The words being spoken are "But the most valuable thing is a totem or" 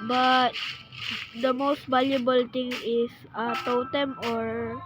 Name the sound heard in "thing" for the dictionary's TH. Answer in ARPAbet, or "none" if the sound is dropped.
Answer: T